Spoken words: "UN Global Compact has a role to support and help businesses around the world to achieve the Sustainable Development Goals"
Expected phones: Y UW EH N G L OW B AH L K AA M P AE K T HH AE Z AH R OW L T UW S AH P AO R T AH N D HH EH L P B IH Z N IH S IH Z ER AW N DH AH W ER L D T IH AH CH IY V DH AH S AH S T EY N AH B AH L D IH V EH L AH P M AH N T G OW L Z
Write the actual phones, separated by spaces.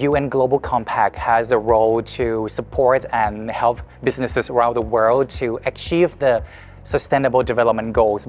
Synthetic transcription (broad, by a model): Y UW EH N G L OW B AH L K AA M P AE K T HH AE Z AH R OW L T UW S AH P AO R T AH N HH EH L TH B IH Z N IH S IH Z ER AW N DH AH W ER L D T IH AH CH IY V DH AH S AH S T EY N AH B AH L D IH V EH L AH P M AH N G OW L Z